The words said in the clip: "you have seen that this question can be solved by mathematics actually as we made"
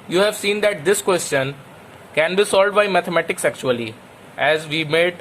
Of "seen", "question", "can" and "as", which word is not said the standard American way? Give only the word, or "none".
none